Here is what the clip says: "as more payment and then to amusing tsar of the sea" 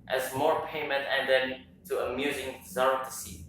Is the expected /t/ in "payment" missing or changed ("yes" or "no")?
no